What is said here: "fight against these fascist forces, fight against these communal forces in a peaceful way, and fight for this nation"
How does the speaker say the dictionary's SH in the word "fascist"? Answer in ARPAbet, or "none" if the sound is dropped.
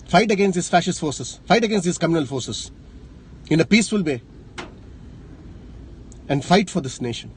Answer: SH